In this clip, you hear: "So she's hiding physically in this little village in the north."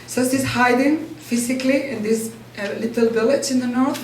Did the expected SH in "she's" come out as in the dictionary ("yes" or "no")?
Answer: no